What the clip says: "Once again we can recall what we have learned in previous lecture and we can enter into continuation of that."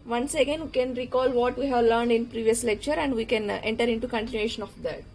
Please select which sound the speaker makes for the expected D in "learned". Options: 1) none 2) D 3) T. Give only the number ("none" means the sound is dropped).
2